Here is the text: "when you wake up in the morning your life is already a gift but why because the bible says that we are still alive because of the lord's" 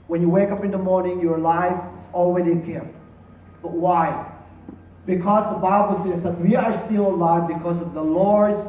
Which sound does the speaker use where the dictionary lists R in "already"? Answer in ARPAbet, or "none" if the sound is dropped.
W